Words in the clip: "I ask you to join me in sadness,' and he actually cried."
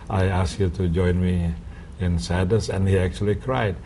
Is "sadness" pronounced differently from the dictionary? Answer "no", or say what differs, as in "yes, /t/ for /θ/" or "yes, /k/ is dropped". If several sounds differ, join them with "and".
yes, /n/ is dropped